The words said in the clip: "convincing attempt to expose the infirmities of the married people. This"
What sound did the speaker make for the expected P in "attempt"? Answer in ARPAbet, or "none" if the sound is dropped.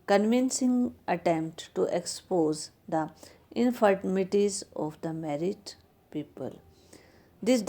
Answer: P